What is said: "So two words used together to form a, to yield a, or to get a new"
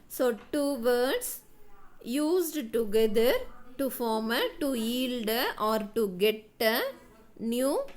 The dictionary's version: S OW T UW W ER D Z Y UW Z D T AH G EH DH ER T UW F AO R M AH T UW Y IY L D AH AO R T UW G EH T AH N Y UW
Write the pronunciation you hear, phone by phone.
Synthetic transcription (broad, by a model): S OW T UW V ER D S Y UW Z D T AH G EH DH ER T UW F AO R M AH T UW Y IY L D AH AO R T UW G EH T AH N Y UW